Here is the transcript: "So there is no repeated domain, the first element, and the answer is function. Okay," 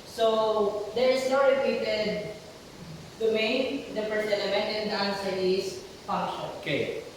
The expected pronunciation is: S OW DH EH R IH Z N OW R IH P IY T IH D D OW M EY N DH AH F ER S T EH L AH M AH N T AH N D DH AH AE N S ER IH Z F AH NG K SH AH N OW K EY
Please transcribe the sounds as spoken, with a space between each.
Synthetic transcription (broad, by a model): S OW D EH R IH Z N OW R IH P IY T IH D D OW M EY N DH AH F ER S EH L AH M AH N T AH N D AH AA N S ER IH S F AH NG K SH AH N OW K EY